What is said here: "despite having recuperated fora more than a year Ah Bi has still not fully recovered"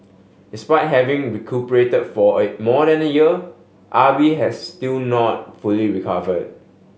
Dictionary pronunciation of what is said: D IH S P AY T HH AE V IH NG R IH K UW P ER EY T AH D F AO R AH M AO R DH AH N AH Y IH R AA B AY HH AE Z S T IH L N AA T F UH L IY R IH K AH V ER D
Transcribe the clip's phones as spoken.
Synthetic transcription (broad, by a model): D IH S P AY T HH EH V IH NG R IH K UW P ER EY T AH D F AO AH M AO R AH N AH Y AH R AA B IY HH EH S T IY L N AA T F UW L IY R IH K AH V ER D